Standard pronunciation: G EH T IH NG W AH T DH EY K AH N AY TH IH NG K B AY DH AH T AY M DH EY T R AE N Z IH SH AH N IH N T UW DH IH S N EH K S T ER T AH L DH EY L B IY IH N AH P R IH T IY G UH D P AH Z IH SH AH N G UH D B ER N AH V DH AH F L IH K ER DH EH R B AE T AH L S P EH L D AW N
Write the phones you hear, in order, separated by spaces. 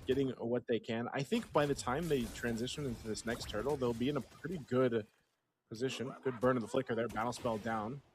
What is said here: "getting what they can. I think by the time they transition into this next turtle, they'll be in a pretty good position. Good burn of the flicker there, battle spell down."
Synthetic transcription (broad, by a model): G EH T IH NG W AH T DH EY K AH N AY TH IH NG K B AY DH AH T AY M DH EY T R AE N Z IH SH AH N IH N T UW DH IH S N EH K S T ER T L DH EY L B IY IH N AH P R IH T IY G UH D P AH Z IH SH AH N G UH D B ER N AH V DH AH F L IH K ER DH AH R B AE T L S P EH L D AW N